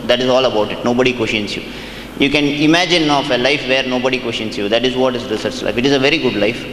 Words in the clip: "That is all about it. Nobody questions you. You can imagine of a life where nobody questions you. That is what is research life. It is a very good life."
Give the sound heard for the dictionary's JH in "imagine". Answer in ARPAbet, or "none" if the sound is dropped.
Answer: JH